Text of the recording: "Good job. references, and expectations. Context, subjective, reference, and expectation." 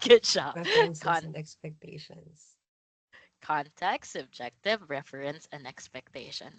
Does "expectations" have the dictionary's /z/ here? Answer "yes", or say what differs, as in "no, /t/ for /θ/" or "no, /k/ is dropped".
no, /s/ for /z/